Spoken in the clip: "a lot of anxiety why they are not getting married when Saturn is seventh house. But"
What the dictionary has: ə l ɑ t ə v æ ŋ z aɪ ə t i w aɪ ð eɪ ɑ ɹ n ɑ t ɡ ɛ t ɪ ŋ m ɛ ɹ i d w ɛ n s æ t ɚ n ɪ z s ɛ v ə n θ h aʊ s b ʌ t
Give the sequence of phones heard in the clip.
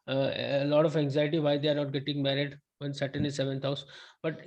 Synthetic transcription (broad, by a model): l ɑ t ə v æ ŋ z aɪ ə t i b aɪ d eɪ ɑ ɹ n ɑ t ɡ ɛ t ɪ ŋ m ɛ ɹ i d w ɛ n s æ t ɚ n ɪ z s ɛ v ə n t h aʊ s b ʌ t